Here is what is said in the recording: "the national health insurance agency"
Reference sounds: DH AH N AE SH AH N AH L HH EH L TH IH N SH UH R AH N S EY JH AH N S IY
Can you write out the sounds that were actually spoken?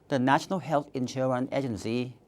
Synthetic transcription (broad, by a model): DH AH N AE SH AH N AH L HH EH L TH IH N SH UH R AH N EY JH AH N S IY